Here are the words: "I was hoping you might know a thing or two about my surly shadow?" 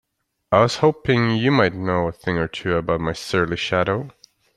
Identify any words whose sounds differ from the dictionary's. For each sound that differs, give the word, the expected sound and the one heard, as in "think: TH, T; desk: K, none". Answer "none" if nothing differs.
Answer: none